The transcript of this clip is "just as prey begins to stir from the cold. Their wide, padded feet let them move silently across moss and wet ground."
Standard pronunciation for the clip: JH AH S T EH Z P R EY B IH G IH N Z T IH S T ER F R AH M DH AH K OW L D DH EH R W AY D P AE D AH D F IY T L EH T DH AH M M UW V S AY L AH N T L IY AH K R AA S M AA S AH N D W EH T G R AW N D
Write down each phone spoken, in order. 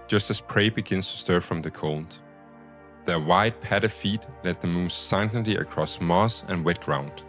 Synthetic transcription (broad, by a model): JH AH S T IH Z P R EY B IH G IH N Z T IH S T ER F R AH M DH AH K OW N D DH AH R W AY D P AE D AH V F IY T L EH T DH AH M M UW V S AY N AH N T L IY AH K R AA S M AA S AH N W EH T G R AW N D